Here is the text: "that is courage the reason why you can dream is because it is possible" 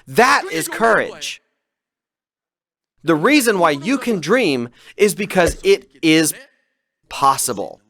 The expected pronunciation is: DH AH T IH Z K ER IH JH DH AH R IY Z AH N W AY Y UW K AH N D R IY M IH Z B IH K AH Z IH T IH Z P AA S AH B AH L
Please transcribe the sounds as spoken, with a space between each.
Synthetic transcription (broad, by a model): DH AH T IH Z K ER IH JH DH AH R IY Z AH N W AY Y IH K AH N D R IY M IH Z B IH K AH Z IH T IH Z P AA S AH B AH L